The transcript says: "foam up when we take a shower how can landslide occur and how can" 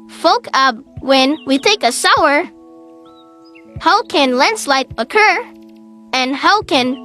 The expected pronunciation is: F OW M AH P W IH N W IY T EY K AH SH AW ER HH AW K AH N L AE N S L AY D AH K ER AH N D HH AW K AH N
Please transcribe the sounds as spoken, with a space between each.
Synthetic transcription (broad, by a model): F OW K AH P W IH N W IY T EY K AH S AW ER HH AW K AH N L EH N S L AY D AH K ER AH N HH AW K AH N